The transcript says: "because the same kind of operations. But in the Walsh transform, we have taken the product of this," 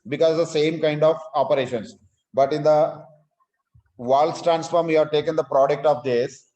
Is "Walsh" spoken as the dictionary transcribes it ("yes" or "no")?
no